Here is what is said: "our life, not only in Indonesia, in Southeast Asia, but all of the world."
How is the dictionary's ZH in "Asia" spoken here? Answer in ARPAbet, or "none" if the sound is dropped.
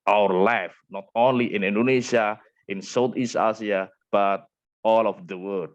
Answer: S